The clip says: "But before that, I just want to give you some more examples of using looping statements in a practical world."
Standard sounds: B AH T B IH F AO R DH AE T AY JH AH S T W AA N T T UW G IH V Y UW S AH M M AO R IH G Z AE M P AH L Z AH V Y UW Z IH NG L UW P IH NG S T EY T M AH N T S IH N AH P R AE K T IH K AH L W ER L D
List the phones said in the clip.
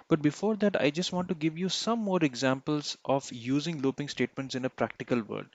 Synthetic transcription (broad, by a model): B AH T B IH F AO R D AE T AY JH AH S T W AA N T T UW G IH V Y UW S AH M M AO R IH G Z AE M P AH L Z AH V Y UW Z IH NG L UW P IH NG S T EY T M AH N T S IH N AH P R AE K T IH K AH L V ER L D